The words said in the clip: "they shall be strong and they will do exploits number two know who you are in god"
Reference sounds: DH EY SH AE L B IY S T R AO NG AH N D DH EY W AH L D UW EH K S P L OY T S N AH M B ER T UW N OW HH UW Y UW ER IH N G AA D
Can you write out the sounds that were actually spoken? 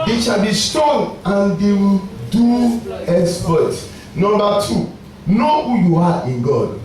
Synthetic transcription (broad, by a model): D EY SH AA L B IY S T AO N AH N D EY W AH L D UW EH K S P OY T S N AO M B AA T UW N OW HH UW Y UW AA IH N G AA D